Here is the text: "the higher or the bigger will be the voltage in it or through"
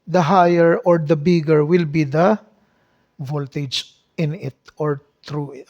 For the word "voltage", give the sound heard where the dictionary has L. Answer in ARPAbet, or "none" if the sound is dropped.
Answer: L